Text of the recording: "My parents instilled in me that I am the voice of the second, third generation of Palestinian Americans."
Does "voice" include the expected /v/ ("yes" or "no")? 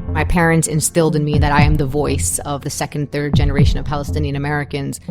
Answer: yes